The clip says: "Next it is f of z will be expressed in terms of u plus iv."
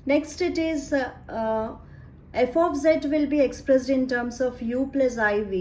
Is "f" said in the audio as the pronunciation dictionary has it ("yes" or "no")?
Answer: yes